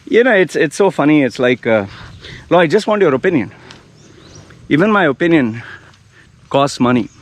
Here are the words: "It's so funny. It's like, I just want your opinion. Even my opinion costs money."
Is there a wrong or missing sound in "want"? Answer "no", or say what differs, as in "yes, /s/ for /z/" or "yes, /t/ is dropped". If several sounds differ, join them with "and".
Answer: no